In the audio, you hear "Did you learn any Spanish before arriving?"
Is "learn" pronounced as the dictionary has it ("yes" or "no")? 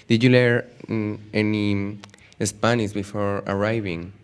no